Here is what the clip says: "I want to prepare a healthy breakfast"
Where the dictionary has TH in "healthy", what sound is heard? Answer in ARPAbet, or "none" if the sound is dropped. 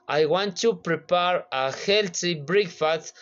S